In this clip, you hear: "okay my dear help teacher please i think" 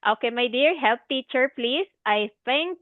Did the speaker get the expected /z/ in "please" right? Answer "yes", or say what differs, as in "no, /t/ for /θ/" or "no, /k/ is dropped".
no, /s/ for /z/